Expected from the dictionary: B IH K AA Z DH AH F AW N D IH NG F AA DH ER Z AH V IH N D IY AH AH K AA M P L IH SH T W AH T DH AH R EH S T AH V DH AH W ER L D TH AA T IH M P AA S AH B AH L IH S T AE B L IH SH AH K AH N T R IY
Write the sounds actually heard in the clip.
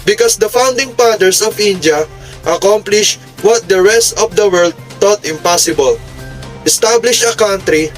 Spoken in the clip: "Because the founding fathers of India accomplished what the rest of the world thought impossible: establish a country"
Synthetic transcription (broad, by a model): B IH K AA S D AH F AW N D IH NG P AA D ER S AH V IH N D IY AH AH K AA M P L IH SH W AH T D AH R EH S T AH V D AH W ER L D T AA T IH M P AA S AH B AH L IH S T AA B L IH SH AH K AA N T R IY